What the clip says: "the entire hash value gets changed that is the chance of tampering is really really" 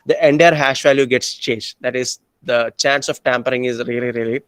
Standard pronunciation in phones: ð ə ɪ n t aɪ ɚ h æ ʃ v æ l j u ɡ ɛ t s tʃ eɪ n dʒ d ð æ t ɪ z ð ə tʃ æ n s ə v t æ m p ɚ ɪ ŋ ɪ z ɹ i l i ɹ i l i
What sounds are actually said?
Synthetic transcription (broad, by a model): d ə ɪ n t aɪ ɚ h æ ʃ v æ l j u ɡ ɛ t s tʃ eɪ n dʒ d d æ t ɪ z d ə tʃ æ n s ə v t æ m p ɚ ɪ ŋ ɪ z ɹ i l i ɹ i l i